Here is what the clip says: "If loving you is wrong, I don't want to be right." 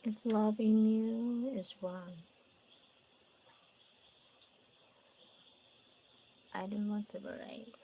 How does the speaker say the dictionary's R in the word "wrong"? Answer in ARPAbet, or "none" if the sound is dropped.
W